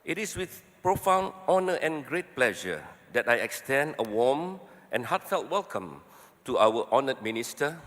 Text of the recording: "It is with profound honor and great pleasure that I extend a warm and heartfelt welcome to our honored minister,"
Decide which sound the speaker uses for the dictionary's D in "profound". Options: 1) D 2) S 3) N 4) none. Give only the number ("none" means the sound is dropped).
4